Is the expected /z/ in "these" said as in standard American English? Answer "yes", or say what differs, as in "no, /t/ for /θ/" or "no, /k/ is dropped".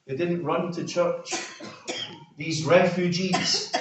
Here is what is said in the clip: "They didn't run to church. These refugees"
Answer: yes